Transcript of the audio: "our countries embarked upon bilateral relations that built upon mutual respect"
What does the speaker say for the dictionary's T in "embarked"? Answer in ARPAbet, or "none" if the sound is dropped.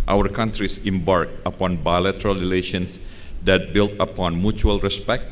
none